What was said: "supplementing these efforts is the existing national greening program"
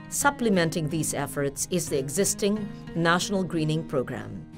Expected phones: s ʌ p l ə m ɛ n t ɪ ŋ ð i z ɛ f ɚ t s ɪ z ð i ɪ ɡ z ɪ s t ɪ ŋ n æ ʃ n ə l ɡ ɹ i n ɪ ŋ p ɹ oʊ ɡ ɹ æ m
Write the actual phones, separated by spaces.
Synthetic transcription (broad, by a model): s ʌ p l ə m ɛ n t ɪ ŋ ð i z ɛ f ɚ t s ɪ z ð i ɪ ɡ z ɪ s t ɪ ŋ n æ ʃ n ə l ɡ ɹ i n ɪ ŋ p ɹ oʊ ɡ ɹ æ m